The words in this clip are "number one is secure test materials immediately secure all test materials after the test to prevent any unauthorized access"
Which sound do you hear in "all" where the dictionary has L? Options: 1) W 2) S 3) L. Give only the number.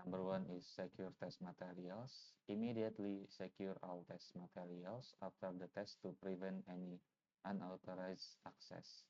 1